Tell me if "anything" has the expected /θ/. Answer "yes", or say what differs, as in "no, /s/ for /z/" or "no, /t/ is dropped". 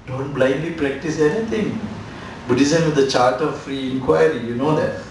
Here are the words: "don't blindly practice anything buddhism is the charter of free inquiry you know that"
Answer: no, /t/ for /θ/